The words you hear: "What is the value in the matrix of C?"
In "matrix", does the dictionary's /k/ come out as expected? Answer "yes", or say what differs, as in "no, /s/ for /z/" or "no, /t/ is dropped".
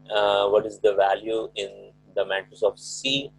no, /k/ is dropped